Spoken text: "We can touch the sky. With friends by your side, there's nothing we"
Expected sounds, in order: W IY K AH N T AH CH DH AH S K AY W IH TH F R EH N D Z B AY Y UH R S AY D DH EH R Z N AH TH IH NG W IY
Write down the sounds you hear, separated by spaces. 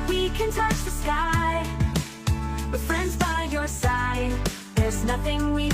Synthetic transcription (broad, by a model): W IY K AH N T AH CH DH AH S K AY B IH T F R EH N D Z B AY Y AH R S AY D DH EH R Z N AH TH IH NG W IY